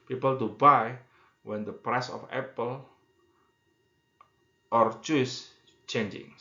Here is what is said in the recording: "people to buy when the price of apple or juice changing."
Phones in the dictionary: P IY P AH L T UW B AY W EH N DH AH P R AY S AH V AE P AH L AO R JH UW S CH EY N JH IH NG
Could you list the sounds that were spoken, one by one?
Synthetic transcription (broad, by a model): P IY P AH L T UW B AY W EH N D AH P R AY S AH F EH P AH L AO R CH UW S CH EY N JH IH NG